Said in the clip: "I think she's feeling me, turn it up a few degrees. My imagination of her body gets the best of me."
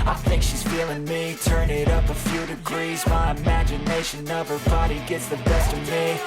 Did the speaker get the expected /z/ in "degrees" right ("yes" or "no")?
yes